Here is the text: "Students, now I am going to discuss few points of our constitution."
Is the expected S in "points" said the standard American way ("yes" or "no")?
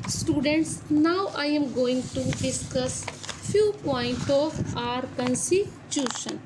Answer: no